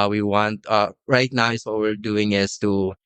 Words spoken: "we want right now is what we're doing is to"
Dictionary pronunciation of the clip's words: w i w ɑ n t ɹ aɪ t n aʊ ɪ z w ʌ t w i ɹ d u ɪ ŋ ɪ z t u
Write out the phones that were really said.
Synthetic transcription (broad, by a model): w i w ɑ n t ɹ aɪ t n aʊ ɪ s w ʌ t w i ɹ d u ɪ ŋ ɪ s t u